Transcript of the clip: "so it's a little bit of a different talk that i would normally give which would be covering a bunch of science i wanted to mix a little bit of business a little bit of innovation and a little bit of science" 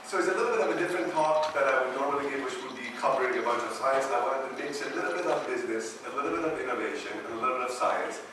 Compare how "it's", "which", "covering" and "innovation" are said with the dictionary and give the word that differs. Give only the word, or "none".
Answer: covering